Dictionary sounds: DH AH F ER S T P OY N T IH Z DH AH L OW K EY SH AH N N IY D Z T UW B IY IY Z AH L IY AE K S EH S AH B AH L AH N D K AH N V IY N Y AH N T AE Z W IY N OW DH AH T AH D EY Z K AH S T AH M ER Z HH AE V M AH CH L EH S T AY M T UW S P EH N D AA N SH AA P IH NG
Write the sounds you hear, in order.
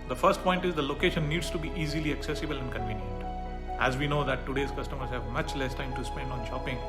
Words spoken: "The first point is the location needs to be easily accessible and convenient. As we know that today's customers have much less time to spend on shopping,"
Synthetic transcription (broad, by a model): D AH F ER S T P OY N T IH Z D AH L OW K EY SH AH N N IY D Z T UW B IY IY Z AH L IY AE K S EH S AH B AH L AH N D K AH N V IY N Y AH N T AE Z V IY N OW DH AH T AH D EY Z K AH S T AH M ER Z HH AE V M AH CH L EH S T AY M T UW S P EH N D AA N SH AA P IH NG